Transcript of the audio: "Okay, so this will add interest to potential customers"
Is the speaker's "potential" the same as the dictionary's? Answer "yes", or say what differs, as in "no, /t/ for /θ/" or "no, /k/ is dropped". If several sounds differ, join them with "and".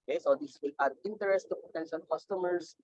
no, /n/ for /l/